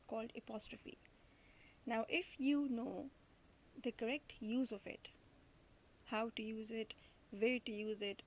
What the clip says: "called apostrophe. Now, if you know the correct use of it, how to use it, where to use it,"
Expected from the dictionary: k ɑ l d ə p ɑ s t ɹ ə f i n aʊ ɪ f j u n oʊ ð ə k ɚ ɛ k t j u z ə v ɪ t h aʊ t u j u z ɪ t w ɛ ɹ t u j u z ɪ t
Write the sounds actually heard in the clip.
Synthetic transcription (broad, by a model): k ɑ l d ə p ɑ s t ɹ ə f i n aʊ ɪ f j u n oʊ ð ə k ɚ ɛ k t j u z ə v ɪ t h aʊ t u j u z ɪ t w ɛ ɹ t u j u z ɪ t